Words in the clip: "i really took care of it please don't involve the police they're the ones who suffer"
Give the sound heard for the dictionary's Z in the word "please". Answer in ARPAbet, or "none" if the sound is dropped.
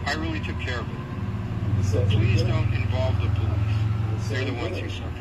Z